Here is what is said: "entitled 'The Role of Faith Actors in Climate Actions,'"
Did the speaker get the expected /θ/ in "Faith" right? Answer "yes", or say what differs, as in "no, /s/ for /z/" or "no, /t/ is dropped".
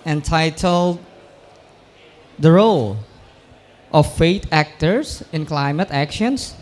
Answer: no, /t/ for /θ/